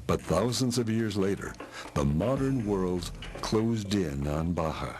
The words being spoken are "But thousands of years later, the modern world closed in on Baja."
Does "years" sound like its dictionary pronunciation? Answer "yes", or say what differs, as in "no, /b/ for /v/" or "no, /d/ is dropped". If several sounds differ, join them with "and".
yes